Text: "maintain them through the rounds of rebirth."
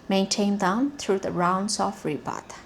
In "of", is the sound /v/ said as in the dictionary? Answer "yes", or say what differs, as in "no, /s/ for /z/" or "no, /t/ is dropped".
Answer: no, /f/ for /v/